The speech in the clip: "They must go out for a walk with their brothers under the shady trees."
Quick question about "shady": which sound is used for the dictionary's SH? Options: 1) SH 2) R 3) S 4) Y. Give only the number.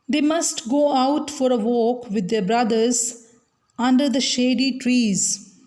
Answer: 1